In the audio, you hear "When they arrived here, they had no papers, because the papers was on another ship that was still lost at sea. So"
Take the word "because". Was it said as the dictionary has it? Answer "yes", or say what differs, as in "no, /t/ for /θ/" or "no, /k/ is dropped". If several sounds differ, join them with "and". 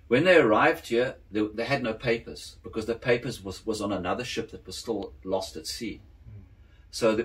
yes